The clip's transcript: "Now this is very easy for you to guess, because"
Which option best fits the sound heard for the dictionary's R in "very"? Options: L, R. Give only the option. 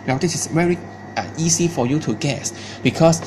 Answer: R